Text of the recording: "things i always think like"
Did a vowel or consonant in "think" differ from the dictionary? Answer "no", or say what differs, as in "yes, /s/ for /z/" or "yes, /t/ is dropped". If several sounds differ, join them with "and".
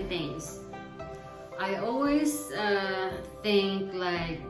no